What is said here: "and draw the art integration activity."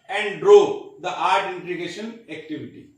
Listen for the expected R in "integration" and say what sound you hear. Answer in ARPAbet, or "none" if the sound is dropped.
none